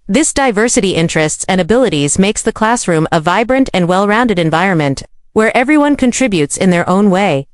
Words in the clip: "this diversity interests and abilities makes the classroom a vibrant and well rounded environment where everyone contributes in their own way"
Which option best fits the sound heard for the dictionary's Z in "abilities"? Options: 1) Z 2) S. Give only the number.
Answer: 1